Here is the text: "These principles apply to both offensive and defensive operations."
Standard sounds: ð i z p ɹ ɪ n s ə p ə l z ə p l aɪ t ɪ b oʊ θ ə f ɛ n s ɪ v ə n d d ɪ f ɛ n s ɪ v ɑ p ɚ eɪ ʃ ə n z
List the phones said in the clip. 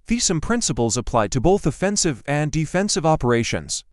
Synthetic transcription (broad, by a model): ð i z p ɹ ɪ n s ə p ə l z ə p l aɪ t ɪ b oʊ θ ə f ɛ n s ɪ v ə n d d ɪ f ɛ n s ɪ v ɑ p ɚ eɪ ʃ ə n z